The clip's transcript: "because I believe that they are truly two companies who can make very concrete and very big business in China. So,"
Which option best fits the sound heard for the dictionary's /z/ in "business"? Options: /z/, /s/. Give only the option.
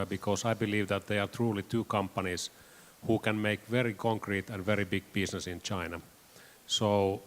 /s/